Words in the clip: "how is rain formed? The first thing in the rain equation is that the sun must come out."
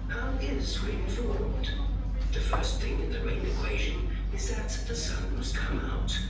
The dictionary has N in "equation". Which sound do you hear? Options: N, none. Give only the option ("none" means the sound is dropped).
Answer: N